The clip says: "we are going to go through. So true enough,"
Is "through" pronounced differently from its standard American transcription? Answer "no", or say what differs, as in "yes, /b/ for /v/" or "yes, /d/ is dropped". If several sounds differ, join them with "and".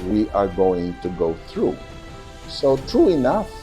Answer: no